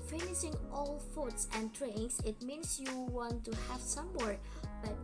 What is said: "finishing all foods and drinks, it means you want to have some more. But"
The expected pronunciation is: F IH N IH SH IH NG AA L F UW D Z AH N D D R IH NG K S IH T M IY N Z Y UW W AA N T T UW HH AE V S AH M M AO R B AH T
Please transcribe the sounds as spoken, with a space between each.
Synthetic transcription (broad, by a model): F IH N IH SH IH NG AA L F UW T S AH N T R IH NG S IH T M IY N S Y UW W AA N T T UW HH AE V S AH M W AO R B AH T